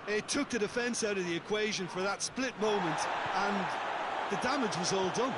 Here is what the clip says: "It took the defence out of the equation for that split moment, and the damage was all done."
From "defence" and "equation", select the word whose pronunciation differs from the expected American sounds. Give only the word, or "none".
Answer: none